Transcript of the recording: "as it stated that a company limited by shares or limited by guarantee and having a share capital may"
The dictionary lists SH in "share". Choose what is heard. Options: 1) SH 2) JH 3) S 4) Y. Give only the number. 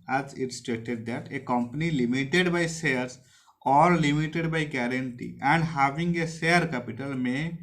3